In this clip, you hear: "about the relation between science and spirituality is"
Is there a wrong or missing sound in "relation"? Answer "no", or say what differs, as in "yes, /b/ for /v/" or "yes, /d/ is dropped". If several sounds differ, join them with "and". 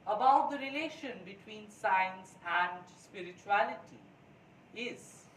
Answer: no